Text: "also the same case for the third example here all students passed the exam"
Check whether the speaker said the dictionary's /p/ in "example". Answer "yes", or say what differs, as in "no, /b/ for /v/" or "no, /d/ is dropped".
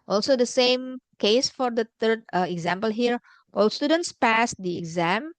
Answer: yes